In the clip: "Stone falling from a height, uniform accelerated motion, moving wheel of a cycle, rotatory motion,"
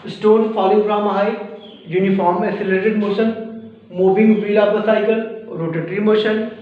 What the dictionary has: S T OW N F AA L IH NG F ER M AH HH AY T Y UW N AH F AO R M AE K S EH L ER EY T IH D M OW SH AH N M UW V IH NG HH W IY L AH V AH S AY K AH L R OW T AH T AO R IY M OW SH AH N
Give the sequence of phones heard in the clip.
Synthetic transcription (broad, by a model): S T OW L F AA L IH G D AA M AH HH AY Y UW N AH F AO R M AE S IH L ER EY T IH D M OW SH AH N M UW V IH NG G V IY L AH P AH S AY K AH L R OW T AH T R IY M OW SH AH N